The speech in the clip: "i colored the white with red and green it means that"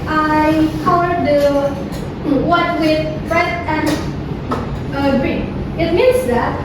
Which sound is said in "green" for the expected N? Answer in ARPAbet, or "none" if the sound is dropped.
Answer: none